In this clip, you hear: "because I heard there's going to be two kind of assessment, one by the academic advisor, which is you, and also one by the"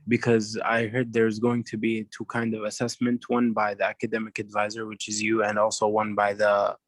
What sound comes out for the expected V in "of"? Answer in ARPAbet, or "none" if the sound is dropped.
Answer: V